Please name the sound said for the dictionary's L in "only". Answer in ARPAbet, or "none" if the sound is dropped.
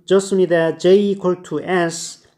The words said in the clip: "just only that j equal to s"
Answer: none